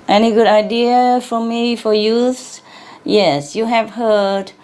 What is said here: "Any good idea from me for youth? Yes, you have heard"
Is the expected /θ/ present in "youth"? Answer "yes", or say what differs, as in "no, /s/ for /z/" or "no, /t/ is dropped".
no, /s/ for /θ/